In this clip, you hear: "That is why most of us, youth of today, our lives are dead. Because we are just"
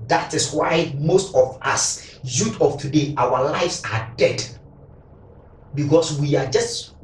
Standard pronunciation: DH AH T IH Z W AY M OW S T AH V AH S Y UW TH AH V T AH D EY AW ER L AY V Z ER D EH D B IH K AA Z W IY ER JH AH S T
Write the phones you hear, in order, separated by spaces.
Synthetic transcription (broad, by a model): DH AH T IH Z W AY M OW S T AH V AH S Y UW T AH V T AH D EY AW ER L AY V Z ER D EH D B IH K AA S W IY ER JH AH S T